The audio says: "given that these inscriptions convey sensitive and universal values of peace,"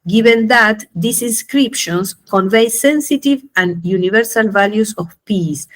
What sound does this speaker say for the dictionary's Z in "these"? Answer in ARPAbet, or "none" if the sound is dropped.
S